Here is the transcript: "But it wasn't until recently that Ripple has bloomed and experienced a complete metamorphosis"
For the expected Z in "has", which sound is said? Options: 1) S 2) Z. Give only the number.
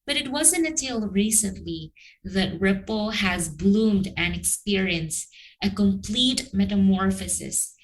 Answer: 2